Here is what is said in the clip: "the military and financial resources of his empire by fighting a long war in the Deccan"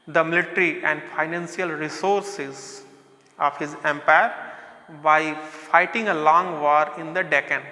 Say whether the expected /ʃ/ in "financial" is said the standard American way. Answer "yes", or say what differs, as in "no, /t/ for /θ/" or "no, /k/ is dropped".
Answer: no, /s/ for /ʃ/